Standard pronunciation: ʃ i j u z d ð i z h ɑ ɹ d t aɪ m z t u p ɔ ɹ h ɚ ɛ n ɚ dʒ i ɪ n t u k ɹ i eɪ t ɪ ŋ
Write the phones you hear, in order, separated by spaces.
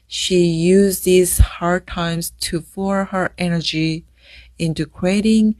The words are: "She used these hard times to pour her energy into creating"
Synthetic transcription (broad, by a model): ʃ i j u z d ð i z h ɑ ɹ d t aɪ m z t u f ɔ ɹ h ɚ ɛ n ɚ dʒ i ɪ n t u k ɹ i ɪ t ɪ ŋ